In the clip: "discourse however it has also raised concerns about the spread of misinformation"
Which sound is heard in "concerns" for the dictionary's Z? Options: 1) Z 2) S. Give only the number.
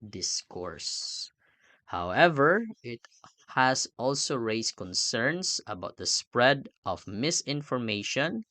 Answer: 2